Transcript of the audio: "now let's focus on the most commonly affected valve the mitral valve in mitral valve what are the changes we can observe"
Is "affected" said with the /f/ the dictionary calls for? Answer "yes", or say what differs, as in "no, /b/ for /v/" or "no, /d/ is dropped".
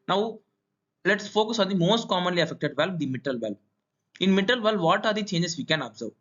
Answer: yes